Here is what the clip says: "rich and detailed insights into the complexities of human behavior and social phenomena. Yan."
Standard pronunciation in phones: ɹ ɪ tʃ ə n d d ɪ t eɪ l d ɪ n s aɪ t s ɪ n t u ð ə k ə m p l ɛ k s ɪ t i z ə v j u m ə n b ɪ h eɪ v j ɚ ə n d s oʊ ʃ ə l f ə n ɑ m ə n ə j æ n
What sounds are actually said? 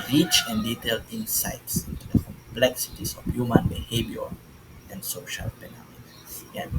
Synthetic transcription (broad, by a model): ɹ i tʃ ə n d d ɪ t eɪ l d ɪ n s aɪ t s ɪ n t u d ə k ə m p l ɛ k s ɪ t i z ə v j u m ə n b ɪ h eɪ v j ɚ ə n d s oʊ ʃ ə l p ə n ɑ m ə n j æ